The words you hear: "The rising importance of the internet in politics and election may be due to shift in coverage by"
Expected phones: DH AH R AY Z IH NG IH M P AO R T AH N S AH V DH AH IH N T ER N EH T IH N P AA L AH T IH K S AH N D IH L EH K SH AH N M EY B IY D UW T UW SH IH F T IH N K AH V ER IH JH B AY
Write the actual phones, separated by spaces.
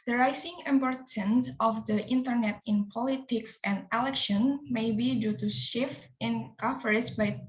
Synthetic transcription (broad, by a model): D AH R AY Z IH NG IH M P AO R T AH N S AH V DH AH IH N T ER N EH T IH N P AA L AH T IH K S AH N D IH L EH K SH AH N M EY B IY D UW T UW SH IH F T IH N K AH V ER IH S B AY